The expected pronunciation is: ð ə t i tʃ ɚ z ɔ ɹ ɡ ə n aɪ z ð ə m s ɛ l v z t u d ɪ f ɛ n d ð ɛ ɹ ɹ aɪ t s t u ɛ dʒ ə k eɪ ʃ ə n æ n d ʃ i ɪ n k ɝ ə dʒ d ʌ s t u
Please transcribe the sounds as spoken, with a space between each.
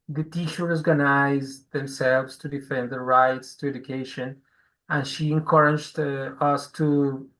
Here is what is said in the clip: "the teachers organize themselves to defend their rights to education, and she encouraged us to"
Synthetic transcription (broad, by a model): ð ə t i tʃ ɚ ɔ ɹ ɡ ə n aɪ z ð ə m s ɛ l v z t u d ɪ f ɛ n d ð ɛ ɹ ɹ aɪ t s t u ɛ dʒ ə k eɪ ʃ ə n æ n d ʃ i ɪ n k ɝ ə dʒ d ʌ s t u